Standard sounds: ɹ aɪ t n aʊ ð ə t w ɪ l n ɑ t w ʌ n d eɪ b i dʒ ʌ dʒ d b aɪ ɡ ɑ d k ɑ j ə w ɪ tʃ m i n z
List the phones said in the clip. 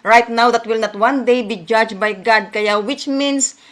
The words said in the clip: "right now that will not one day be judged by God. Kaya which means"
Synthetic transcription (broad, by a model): ɹ aɪ t n aʊ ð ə t w ɪ l n ɑ t w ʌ n d eɪ b i dʒ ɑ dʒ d b aɪ ɡ ɑ d k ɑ j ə w ɪ tʃ m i n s